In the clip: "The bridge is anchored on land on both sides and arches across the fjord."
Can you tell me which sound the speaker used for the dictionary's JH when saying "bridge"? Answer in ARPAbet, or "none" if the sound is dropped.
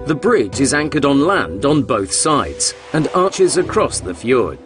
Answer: JH